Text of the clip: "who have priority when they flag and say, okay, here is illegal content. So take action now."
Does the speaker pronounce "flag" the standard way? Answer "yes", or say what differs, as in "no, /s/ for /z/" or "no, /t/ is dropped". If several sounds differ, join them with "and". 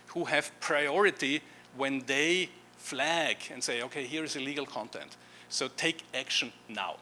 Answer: yes